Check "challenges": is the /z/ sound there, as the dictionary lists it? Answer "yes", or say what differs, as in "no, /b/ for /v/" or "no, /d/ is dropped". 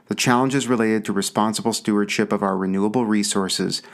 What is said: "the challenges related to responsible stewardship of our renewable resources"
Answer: yes